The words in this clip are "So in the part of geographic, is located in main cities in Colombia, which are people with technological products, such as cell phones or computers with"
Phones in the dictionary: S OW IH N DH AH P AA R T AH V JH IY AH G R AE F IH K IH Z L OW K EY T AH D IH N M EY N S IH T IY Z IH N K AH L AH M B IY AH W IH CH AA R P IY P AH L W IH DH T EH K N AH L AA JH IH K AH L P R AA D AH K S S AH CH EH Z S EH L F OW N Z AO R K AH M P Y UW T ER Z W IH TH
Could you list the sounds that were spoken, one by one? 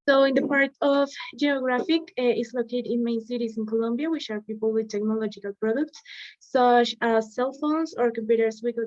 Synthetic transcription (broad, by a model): S OW IH N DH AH P AA R T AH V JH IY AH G R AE F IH K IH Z L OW K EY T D IH N M EY N S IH T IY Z IH N K AH L AH M B IY AH W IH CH AA R P IY P AH L W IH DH T EH K N AH L AA JH IH K AH L P R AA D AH K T S AH CH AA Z S EH L F OW N S AO R K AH M P Y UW T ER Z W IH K